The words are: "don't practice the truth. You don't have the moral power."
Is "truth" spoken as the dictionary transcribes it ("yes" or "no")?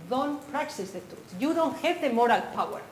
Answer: no